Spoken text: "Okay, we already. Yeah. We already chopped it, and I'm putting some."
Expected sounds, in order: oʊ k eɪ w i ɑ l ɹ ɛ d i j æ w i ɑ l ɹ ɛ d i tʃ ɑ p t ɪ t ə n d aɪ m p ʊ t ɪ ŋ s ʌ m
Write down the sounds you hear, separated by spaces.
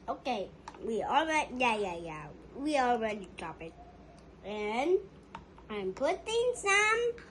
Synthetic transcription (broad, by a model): oʊ k eɪ w i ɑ l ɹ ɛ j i j æ w i ɑ l ɹ ɛ d i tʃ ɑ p ɪ t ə n aɪ m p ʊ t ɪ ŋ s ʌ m